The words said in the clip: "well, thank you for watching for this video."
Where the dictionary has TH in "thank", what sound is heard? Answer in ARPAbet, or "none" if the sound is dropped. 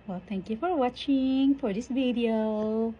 T